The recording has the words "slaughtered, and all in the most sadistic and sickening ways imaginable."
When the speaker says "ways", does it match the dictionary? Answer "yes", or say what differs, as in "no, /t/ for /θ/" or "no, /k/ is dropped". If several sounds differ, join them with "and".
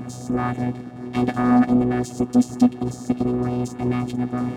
yes